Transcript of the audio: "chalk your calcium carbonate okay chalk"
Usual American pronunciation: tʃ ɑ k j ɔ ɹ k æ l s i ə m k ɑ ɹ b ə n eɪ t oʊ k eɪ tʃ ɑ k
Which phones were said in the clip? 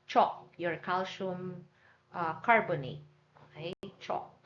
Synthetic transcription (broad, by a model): tʃ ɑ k j ɔ ɹ k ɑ l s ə m k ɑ ɹ b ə n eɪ oʊ k eɪ tʃ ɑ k